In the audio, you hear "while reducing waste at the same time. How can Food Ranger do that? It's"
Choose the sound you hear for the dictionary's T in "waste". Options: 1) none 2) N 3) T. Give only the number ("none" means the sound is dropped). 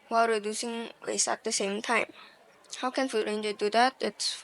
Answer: 1